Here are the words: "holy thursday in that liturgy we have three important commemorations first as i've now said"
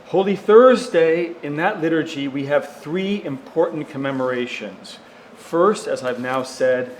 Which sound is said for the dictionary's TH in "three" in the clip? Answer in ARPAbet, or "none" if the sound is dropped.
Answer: TH